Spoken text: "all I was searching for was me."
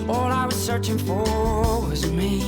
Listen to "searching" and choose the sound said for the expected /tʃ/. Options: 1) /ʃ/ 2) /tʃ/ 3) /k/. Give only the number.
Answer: 2